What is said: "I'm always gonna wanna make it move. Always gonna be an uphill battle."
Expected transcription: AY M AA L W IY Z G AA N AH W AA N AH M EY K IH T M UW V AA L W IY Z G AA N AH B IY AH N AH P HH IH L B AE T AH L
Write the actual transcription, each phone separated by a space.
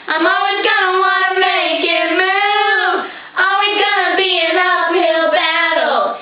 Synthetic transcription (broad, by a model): AY M AA L W IY Z G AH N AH W AA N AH M EY K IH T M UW AA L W IY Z G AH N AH B IY AH N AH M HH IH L B AE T L